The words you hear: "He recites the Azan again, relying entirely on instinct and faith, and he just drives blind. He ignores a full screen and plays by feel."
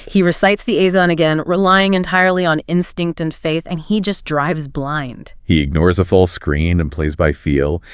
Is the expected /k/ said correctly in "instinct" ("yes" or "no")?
yes